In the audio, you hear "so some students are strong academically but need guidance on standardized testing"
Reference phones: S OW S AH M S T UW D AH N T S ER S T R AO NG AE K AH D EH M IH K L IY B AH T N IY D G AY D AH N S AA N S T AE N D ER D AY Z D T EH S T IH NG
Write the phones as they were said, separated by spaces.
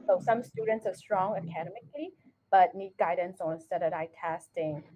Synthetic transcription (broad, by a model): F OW S AH M S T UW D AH N T S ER S T R AO NG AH K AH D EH M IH K L IY B AH T N IY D G AY D AH N S AA N S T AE D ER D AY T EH S T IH NG